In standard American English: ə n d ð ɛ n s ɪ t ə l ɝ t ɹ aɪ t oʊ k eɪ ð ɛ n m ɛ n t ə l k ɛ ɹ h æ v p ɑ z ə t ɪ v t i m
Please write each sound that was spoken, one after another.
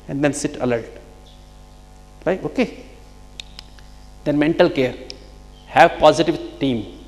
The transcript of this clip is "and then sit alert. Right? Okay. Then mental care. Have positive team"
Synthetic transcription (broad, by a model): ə n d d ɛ n s ɪ t ə l ɝ t l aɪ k oʊ k eɪ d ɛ n m ɛ n t ə l k ɛ ɹ h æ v p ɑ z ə t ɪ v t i m